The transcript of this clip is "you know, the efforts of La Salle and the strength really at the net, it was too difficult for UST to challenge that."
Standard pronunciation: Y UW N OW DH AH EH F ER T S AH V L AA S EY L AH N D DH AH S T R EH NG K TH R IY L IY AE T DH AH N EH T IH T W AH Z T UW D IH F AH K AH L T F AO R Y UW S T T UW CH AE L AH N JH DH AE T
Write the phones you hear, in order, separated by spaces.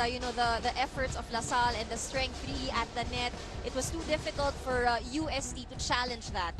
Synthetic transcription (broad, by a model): Y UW N OW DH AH EH F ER T S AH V L AA S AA L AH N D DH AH S T R EH NG K TH R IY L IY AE T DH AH N EH T IH T W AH S T UW D IH F AH K AH L T F AO R Y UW S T T UW CH AE L AH N JH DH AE T